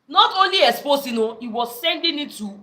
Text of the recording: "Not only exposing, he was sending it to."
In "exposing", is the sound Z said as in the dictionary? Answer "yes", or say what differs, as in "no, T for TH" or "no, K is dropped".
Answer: no, S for Z